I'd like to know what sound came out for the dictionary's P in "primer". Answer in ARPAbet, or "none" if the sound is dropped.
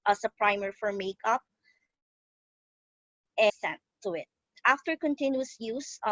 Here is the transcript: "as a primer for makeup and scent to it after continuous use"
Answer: P